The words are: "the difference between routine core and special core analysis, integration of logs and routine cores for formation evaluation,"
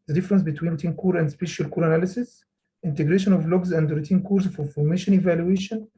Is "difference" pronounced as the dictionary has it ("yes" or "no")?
yes